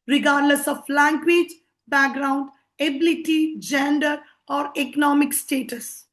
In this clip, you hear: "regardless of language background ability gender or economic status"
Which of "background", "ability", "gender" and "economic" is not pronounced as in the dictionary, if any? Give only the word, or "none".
none